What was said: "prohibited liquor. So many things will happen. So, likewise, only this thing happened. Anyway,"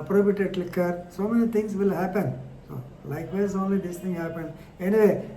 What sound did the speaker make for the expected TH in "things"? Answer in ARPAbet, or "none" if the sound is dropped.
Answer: T